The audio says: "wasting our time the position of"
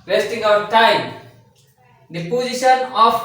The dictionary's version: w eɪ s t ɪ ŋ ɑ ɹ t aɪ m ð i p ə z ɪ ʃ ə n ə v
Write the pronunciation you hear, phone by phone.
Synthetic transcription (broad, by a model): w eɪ s t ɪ ŋ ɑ w t aɪ m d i p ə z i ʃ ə n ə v